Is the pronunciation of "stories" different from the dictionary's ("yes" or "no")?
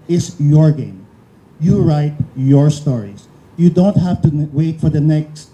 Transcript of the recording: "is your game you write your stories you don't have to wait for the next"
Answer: yes